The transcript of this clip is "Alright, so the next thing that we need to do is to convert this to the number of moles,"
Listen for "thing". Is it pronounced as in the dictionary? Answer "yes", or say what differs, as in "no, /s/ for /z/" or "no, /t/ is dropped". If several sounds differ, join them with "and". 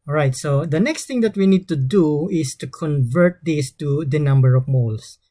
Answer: no, /t/ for /θ/